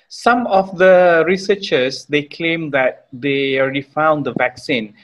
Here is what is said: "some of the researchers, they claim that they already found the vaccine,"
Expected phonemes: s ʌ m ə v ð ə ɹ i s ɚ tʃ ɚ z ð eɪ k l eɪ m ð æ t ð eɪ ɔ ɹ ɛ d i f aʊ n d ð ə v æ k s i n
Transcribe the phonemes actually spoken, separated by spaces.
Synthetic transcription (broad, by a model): s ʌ m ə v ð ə ɹ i s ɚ tʃ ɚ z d eɪ k l eɪ m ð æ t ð eɪ ɔ ɹ ɛ d i f aʊ n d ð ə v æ k s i n